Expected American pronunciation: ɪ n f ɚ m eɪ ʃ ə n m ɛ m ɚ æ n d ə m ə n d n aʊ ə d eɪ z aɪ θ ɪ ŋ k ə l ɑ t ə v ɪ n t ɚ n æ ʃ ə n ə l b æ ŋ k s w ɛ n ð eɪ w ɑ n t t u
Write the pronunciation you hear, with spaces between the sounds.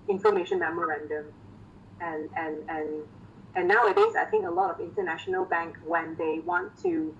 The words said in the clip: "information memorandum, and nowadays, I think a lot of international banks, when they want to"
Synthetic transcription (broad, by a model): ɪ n f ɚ m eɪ ʃ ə n m ɛ m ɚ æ n d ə m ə n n n aʊ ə d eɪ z aɪ θ ɪ ŋ k ə l ɑ t ə v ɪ n t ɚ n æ ʃ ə n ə l b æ ŋ k w ɛ n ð eɪ w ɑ n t t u